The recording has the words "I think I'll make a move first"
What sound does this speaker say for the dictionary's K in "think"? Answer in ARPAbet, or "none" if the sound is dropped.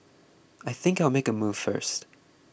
K